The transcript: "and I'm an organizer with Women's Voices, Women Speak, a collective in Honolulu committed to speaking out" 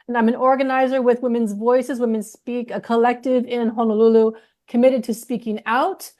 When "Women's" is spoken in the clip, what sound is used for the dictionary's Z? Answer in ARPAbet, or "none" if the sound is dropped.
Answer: Z